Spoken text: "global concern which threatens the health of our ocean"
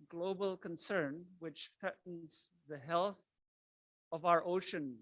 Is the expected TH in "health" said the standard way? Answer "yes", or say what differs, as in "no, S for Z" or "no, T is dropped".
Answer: yes